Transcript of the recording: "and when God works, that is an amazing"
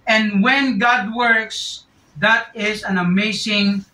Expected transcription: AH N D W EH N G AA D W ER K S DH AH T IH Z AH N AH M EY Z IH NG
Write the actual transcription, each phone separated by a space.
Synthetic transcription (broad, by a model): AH N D W EH N G AA D W ER K S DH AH T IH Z AH N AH M EY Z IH NG